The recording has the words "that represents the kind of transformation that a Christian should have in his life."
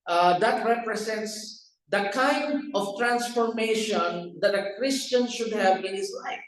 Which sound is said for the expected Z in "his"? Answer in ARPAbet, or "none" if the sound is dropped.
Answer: S